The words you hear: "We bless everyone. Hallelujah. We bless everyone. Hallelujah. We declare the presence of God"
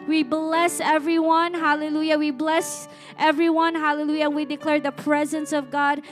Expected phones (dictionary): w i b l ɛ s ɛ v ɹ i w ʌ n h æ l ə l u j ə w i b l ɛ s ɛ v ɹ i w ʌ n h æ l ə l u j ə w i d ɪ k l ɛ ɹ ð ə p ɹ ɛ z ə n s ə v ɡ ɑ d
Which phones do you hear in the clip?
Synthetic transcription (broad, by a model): w i b l ɛ s ɛ v ɹ i w ʌ n h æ l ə l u j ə w i b l ɛ s ɛ v ɹ i w ʌ n h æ l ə l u j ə w i d ɪ k l ɛ ɹ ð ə p ɹ ɛ z ə n s ə v ɡ ɑ d